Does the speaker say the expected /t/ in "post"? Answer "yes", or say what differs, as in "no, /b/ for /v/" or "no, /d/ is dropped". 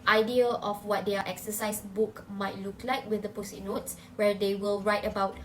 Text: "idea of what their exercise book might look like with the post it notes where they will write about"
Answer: no, /t/ is dropped